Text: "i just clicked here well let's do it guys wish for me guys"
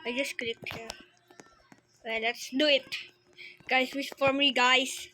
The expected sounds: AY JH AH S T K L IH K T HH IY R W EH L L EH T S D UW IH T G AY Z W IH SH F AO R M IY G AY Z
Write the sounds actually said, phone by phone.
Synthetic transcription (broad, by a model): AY JH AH S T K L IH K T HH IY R W EH L L EH T S D UW IH T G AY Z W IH S F AO R M IY G AY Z